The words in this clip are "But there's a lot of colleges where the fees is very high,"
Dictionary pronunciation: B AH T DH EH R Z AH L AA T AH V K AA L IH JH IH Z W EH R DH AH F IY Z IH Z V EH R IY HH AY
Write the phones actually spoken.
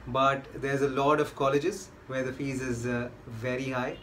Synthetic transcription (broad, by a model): B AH T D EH R Z AH L AA T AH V K AA L IH JH IH Z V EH R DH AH F IY Z IH Z V EH R IY HH AY